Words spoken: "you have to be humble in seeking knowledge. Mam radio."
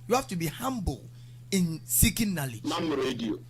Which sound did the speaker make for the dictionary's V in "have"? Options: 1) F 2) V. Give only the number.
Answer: 1